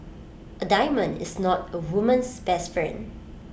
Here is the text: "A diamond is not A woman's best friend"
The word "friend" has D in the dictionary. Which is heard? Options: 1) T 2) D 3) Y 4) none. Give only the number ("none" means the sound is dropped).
4